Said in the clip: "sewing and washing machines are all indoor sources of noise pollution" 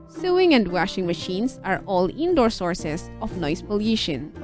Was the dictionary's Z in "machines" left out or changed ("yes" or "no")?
yes